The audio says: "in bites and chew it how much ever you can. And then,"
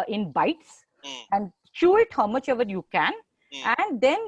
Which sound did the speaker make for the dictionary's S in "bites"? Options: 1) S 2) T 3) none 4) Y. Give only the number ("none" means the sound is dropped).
1